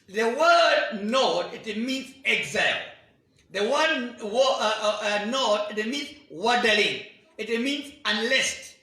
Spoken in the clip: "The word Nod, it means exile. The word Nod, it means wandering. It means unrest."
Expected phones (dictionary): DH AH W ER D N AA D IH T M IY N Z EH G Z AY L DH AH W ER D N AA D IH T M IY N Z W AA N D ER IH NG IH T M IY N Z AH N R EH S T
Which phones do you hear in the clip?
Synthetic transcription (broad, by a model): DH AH W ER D N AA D IH T M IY N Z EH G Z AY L DH AH W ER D N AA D IH T M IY N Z W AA D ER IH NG IH T M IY N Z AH N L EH S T